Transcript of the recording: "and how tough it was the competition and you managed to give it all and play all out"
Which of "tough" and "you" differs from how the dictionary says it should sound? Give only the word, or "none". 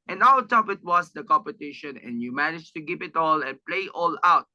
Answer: tough